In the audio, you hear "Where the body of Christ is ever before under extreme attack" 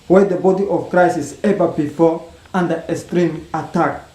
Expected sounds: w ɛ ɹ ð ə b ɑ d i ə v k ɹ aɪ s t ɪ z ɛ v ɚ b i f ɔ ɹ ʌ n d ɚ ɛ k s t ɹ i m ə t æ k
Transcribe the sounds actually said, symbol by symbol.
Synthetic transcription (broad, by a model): w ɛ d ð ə b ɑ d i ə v k ɹ aɪ s ɪ s ɛ v ɚ b i f ɔ ɹ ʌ n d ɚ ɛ s t ɹ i m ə t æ k